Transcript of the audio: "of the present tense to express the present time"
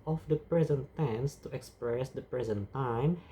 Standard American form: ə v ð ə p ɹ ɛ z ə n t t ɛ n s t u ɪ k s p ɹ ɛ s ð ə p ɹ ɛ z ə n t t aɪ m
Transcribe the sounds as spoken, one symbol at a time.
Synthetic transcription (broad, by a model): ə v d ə p ɹ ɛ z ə n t t ɛ n s t u ɪ k s p ɹ ɛ s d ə p ɹ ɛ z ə n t t aɪ m